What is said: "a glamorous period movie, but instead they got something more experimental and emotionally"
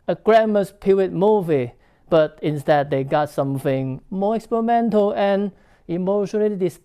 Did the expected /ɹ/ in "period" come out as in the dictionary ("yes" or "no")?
no